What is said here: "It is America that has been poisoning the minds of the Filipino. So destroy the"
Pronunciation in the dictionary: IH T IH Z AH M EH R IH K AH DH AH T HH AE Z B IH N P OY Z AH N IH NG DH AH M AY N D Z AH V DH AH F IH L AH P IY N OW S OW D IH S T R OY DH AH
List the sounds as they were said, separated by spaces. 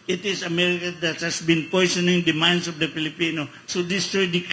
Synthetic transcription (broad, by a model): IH T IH S AH M EH R IH K AH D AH T HH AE S B IH N P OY S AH N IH NG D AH M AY N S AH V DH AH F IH L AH P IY N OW S OW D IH S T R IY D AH